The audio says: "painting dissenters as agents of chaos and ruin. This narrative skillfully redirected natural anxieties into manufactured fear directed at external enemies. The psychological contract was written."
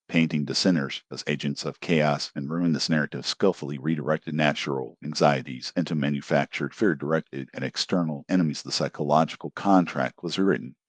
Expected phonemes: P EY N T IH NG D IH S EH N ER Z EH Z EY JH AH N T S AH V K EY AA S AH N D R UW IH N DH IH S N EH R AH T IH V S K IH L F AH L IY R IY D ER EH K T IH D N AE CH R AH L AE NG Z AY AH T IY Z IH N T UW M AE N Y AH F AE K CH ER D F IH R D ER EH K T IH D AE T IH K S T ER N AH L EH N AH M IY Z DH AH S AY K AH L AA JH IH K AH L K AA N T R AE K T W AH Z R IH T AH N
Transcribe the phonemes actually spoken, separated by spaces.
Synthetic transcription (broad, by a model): P EY N T IH NG D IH S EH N ER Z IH Z EY JH AH N T S AH V K EY AA S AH N R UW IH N DH IH S N EH R AH T IH V S K IH L F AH L IY R IY D ER EH K T IH D N AE CH R L AE NG Z AY AH T IY Z IH N T UW M AE N Y AH F AE K CH ER D F IH R D ER EH K T IH D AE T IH K S T ER N L EH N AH M IY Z DH AH S AY K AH L AA JH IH K L K AA N T R AE K T W AH Z R IH T N